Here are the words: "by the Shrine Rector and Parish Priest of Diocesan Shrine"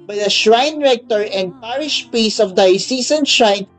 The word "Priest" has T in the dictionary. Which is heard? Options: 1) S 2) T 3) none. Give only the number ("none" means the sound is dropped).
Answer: 3